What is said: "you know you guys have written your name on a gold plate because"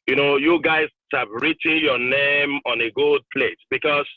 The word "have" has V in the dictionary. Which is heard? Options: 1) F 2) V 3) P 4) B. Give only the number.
3